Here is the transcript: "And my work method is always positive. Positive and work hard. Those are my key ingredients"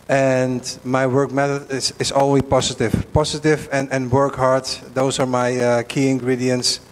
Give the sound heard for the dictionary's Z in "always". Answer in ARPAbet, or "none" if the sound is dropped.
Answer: none